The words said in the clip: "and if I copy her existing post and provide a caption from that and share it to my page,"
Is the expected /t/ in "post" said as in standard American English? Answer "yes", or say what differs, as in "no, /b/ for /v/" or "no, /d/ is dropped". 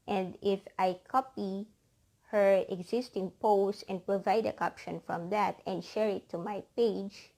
no, /t/ is dropped